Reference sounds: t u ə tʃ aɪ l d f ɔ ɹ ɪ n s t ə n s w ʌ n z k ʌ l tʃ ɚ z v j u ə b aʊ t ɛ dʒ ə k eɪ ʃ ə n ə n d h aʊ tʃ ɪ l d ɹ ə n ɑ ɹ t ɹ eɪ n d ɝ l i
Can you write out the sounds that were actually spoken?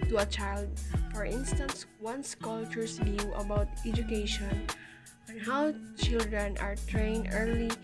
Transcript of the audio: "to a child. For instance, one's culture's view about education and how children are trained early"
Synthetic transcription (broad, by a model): t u ə tʃ aɪ l d f ɔ ɹ ɪ n s t ə n s w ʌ n s k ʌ l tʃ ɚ s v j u ə b aʊ t ɛ dʒ ə k eɪ ʃ ə n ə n h aʊ tʃ ɪ l d ɹ ə n ɑ ɹ t ɹ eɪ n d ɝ l i